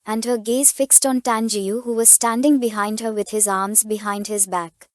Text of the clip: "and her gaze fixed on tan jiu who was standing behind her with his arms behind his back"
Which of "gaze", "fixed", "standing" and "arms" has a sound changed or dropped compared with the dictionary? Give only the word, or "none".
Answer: none